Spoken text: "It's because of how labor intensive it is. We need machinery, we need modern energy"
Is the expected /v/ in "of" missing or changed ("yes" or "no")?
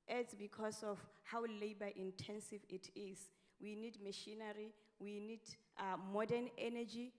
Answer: yes